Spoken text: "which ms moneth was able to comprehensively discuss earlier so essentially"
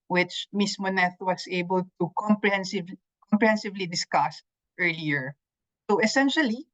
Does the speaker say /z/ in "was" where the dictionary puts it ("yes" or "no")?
no